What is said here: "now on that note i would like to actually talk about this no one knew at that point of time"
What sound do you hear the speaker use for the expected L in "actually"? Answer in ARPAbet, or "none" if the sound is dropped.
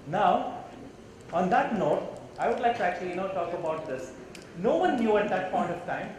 N